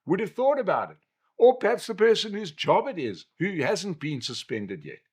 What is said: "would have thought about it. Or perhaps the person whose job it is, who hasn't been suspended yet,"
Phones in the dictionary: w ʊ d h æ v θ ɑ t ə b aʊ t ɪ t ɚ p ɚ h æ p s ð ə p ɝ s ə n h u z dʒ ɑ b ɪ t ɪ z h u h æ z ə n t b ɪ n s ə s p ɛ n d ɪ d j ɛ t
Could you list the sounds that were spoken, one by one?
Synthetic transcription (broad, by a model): w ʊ d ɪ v θ ɑ t ə b aʊ t ɪ t ɚ p ɚ h æ p s ð ə p ɝ s ə n h u z dʒ ɑ b ɪ t ɪ z h u h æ z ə n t b ɪ n s ə s p ɛ n d ɪ d j ɛ t